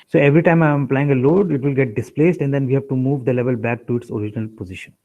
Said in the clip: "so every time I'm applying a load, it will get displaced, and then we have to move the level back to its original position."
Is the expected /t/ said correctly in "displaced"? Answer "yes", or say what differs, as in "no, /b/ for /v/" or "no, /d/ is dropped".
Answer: yes